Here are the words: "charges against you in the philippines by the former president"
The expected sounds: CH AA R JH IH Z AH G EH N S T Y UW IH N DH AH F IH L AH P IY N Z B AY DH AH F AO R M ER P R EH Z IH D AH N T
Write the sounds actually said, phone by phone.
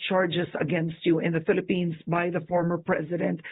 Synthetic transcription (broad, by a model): CH AA R JH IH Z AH G EH N S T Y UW IH N DH AH F IH L AH P IY N Z B AY DH AH F AO R M ER P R EH Z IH D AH N T